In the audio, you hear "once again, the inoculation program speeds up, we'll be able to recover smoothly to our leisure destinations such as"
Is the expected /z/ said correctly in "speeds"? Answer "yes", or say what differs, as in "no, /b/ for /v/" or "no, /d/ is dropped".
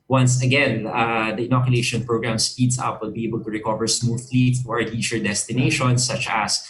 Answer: no, /s/ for /z/